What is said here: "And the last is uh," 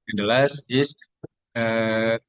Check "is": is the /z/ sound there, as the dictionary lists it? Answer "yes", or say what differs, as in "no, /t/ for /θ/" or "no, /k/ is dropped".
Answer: no, /s/ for /z/